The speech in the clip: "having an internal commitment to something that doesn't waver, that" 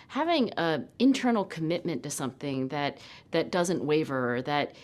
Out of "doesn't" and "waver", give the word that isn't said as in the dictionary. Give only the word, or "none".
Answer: none